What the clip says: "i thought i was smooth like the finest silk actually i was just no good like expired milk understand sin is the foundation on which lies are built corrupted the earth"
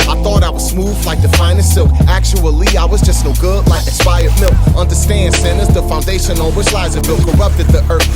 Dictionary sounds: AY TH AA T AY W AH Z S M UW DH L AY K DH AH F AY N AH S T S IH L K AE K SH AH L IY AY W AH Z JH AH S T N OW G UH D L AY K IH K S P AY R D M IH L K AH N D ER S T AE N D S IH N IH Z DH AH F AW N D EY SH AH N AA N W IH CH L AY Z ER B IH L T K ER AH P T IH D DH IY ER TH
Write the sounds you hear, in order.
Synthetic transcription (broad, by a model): AY TH AA T AY W AH Z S M UW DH L AY K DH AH F AY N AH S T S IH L K AE K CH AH L IY AY W AH Z JH AH S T N OW G UH D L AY IH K S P AY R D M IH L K AH N D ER S T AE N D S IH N IH Z DH AH F AW N D EY SH AH N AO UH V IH S L AY Z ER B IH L K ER AH P T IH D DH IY ER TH